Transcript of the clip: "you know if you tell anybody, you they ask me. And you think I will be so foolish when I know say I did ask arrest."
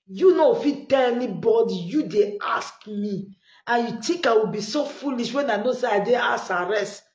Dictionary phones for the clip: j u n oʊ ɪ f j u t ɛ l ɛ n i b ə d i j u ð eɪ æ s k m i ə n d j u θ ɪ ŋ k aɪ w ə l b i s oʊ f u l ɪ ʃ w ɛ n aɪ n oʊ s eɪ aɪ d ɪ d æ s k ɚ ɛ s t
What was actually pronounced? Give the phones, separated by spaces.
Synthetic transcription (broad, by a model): j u n oʊ f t t ɛ l ɛ n i b ə d i j u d eɪ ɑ s k m i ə n j u t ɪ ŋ k aɪ w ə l b i s oʊ f u l ɪ ʃ w ɛ n aɪ n oʊ s eɪ aɪ d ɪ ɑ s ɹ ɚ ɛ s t